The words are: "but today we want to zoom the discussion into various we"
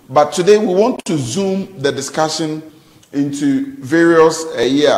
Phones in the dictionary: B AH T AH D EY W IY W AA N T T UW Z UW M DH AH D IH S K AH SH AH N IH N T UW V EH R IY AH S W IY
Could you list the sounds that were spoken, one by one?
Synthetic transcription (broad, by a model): B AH T AH D EY W IY W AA N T T UW Z UW M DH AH D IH S K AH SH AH N IH N T UW V EH R IY AH S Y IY